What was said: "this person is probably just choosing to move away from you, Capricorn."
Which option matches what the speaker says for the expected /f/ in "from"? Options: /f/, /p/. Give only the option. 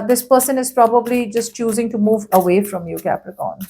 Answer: /f/